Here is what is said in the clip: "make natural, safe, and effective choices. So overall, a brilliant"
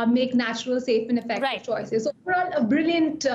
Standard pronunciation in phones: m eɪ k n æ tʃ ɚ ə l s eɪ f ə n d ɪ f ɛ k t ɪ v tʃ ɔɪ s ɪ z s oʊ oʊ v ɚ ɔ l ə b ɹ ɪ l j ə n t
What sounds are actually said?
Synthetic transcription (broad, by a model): m eɪ k n æ tʃ ɚ ə l s eɪ f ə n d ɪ f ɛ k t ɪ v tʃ ɔɪ s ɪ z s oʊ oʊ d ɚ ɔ n ə b ɹ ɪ l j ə n t